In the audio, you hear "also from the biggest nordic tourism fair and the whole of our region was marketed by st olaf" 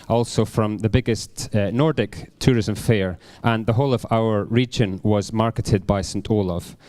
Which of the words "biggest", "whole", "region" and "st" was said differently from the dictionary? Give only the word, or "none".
none